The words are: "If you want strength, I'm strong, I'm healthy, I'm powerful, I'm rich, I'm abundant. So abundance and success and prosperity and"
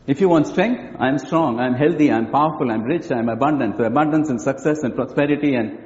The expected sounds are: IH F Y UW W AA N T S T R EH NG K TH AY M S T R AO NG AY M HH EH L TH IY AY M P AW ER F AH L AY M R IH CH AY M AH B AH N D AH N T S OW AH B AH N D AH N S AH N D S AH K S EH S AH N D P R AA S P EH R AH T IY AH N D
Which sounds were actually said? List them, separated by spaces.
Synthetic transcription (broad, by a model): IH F Y UW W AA N T S T R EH NG K T AY M S T R AO NG AY M HH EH L T IY AY M P AW ER F AH L AY M R IH CH AY M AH B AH N D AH N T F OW AH B AH N D AH N S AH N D S AH K S EH S AH N D P R AA S P EH R AH T IY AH N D